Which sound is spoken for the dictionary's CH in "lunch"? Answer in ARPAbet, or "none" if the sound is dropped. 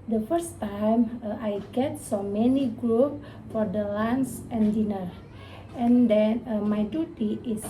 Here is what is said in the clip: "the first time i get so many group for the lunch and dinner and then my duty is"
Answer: S